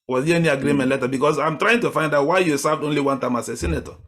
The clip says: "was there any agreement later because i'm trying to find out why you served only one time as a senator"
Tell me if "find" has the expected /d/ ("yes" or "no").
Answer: yes